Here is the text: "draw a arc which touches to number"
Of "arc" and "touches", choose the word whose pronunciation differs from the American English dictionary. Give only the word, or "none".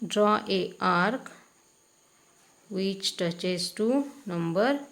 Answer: touches